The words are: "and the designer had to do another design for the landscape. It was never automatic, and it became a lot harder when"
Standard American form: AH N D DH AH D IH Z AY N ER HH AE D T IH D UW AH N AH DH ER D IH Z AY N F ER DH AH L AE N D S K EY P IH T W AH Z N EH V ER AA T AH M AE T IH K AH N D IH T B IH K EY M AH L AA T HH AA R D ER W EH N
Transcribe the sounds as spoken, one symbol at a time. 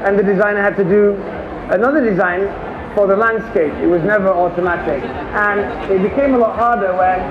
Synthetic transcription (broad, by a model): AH N DH AH D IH Z AY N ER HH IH D T IH D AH AH N AH DH ER D IH Z AY N F ER DH AH L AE N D S K EY P IH T W AH Z N EH V ER AA T AH M AE T IH K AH N IH T B IH K EY M AH L AA T HH AA R D ER W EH N